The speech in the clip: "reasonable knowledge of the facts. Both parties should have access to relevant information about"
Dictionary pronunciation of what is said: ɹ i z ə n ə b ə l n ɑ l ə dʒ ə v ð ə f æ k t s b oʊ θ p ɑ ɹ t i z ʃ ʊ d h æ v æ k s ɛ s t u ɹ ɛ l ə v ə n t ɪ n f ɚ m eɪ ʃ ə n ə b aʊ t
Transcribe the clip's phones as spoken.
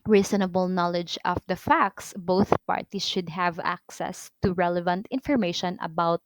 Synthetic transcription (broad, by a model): ɹ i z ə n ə b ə l n ɑ l ə dʒ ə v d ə f æ k t s b oʊ θ p ɑ ɹ t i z ʃ ʊ d h æ v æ k s ɛ s t u ɹ ɛ l ə v ə n t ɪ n f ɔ m eɪ ʃ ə n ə b aʊ t